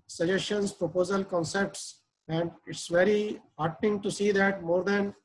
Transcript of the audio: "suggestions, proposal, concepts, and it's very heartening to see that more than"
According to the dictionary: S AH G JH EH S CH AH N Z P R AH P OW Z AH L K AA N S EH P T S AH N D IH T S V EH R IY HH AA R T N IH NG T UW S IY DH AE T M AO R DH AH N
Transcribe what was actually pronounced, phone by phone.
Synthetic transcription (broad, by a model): S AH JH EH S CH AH N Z P R AH P OW Z AH L K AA N S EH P T S AH N D IH T S V EH R IY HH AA R T IH NG T UW S IY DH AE T M AO R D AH N